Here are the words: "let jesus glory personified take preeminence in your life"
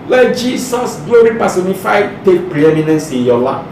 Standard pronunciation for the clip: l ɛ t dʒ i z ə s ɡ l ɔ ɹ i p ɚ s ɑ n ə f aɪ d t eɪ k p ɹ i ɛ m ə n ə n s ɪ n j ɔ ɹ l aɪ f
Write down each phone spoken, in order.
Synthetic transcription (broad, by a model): l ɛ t dʒ i s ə s ɡ l ɔ ɹ i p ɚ s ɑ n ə f aɪ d t eɪ k p ɹ i ɛ m ə n ə n s ɪ n j ɔ l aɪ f